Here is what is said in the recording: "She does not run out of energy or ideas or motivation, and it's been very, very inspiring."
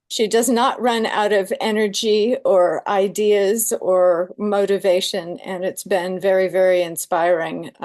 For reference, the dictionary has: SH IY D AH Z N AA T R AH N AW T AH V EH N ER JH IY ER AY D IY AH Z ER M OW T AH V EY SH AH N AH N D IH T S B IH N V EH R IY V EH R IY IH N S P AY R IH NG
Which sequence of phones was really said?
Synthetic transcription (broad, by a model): SH IY D AH Z N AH T R AH N AW T AH V EH N ER JH IY ER AY D IY AH Z ER M OW T AH V EY SH AH N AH N IH T S B IH N V EH R IY V EH R IY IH N S P AY R IH NG